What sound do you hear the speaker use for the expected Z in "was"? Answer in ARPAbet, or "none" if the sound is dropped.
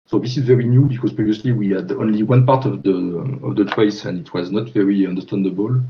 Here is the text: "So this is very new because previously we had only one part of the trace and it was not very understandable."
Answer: Z